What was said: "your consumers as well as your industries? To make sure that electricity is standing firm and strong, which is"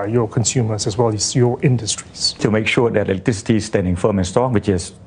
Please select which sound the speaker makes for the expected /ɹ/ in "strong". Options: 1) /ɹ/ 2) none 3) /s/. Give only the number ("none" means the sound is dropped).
2